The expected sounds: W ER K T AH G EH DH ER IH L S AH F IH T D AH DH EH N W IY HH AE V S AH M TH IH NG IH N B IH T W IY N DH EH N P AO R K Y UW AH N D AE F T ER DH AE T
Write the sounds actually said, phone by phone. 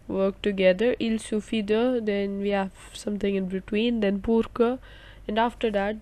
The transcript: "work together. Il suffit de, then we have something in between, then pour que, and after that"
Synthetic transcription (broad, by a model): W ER K T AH G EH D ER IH L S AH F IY D AH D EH N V IY HH AE V S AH M T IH NG IH N B IH T W IY N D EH N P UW R K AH AH N D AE F T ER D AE T